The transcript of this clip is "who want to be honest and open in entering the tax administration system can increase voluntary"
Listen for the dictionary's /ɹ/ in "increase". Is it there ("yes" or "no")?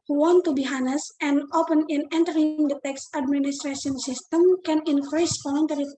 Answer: yes